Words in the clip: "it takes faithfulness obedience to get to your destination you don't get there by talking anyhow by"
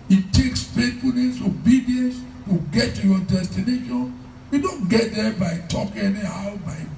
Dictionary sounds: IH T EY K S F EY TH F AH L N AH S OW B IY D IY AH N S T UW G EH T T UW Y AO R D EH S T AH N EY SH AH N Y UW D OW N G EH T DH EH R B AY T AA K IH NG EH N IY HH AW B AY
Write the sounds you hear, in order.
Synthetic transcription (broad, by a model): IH T EY K S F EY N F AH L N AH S OW B IY D IY AH N S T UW G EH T T UW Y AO D EH S T AH N EY SH AH N Y UW D OW N G EH T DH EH B AY T AA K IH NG EH N IY HH AW B AY